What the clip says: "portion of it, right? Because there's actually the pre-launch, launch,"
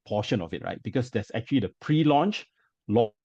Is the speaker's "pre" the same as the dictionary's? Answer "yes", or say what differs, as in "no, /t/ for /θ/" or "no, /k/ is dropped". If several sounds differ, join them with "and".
yes